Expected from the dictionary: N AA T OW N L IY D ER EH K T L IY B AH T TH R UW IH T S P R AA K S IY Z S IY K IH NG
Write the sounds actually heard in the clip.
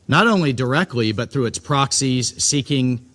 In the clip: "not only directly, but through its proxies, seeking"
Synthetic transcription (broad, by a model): N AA T OW N L IY D ER EH K T L IY B AH T TH R UW IH T S P R AA K S IY Z S IY K IH NG